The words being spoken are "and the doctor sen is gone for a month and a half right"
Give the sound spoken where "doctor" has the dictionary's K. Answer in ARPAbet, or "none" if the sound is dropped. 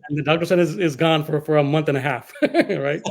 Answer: K